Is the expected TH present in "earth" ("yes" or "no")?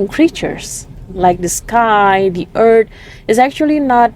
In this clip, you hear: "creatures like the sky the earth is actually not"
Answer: no